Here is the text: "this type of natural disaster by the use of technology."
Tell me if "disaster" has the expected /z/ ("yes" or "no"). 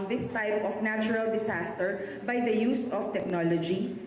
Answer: no